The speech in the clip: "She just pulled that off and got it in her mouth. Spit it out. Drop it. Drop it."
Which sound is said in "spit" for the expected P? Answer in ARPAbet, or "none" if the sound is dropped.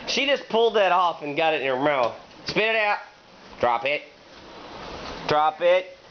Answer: P